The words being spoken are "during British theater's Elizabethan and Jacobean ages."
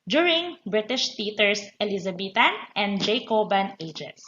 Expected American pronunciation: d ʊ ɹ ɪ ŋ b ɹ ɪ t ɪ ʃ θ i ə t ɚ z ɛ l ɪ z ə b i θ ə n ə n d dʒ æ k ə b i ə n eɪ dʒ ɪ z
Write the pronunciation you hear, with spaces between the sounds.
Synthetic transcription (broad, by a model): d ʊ ɹ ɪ ŋ b ɹ ɪ t ɪ ʃ t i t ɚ s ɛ l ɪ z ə b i t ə n ə n d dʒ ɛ k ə b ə n eɪ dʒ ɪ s